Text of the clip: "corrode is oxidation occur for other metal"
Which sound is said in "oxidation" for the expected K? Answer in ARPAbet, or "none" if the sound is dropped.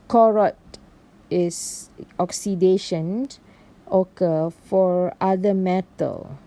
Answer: K